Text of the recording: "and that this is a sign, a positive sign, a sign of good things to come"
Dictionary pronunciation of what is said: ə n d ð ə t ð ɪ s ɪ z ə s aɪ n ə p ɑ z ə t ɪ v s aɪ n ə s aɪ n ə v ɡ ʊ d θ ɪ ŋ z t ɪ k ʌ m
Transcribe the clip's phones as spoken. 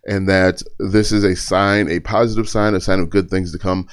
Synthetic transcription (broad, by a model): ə n ð ə t ð ɪ s ɪ z ə s aɪ n ə p ɑ z ə t ɪ v s aɪ n ə s aɪ n ə v ɡ ʊ d θ ɪ ŋ z t ɪ k ʌ m